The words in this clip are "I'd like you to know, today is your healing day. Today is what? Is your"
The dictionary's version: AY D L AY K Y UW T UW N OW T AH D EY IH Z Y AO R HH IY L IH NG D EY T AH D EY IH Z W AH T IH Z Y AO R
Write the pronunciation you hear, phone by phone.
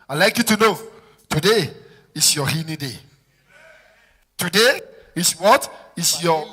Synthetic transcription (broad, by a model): AY L AY K Y UW T UW N OW T AH D EY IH S Y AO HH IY N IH D EY T AH D EY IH S W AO T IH S Y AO